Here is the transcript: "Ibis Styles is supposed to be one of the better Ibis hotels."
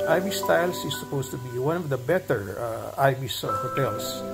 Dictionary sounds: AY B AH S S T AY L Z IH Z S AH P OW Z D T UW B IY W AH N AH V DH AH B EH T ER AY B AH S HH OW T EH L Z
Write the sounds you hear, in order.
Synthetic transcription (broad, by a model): AY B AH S S T AY L S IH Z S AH P OW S T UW B IY W AH N AH V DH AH B EH T ER AY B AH S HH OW T EH L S